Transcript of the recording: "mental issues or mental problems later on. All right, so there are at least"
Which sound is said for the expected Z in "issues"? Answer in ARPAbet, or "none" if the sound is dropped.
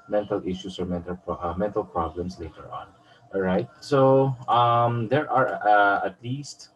S